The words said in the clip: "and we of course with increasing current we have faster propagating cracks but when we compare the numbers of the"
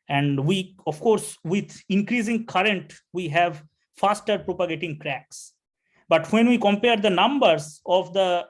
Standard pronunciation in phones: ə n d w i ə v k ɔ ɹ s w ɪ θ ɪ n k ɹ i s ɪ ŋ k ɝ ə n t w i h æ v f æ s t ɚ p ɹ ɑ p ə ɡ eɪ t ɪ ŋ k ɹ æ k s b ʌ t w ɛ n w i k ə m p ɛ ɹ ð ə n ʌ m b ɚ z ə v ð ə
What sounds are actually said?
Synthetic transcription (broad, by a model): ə n d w i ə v k ɔ ɹ s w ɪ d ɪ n k ɹ i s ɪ ŋ k ɝ ə n t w i h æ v f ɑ s t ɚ p ɹ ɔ p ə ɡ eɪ t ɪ ŋ k ɹ æ k s b ʌ t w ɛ n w i k ə m p ɛ ɹ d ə n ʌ m b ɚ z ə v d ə